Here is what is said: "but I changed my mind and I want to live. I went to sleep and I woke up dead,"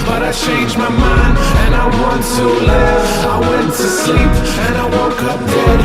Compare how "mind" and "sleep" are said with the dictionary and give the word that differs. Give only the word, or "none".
mind